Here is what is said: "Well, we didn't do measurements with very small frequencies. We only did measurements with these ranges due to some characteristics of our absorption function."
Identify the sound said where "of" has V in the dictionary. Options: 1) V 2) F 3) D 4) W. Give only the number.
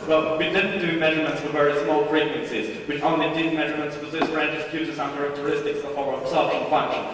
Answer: 2